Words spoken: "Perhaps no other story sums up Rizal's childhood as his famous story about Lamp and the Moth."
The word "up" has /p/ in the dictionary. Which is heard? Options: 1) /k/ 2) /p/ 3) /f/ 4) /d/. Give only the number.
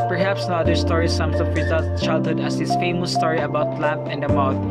3